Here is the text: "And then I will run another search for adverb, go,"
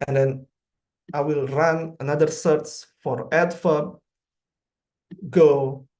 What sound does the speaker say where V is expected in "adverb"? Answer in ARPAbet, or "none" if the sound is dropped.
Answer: F